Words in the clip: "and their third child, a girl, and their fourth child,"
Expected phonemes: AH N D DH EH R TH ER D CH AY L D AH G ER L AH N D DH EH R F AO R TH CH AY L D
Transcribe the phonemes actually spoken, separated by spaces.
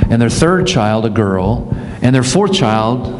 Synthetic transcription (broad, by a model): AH N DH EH R TH ER D CH AY L D AH G ER L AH N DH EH R F AO R TH CH AY L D